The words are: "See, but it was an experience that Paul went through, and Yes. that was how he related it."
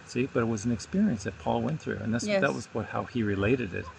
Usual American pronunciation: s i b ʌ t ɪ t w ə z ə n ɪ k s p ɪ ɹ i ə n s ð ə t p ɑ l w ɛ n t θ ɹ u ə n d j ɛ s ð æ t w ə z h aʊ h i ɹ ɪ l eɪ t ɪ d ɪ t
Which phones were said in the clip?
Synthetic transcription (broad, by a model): s i b ʌ t ɪ t w ə z n ɪ k s p ɪ ɹ i ə n s ð ə t p ɑ l w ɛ n θ ɹ u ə n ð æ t ð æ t w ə z h aʊ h i ɹ ɪ l eɪ t ɪ d ɪ t